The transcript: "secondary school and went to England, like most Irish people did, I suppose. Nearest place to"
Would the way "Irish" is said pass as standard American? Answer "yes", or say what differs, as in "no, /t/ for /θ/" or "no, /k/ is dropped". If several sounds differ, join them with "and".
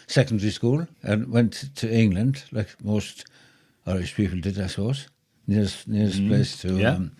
no, /s/ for /ʃ/